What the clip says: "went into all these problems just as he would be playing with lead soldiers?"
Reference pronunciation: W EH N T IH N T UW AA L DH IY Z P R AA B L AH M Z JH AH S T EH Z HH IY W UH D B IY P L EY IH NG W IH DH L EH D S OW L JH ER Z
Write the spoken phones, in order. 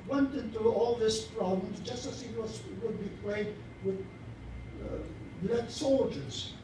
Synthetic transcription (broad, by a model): W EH N T IH N T UW AA L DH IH S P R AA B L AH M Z JH AH S T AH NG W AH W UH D B IY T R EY IH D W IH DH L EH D S OW L JH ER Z